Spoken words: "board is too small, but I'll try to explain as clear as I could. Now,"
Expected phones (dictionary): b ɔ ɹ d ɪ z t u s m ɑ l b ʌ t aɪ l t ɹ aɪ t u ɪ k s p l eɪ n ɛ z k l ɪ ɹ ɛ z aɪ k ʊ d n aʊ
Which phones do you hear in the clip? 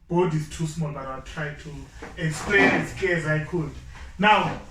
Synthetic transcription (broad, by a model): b ɔ d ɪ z t u s m ɑ l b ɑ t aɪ w t ɹ aɪ t u ɪ k s p l eɪ n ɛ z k ɛ z aɪ k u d n aʊ